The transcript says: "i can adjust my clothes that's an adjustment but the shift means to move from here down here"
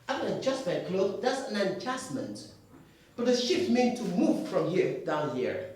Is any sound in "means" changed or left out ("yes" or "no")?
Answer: yes